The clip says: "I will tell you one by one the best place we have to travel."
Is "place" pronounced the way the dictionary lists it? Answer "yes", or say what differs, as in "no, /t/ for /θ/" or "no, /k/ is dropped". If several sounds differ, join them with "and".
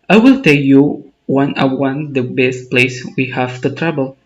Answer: yes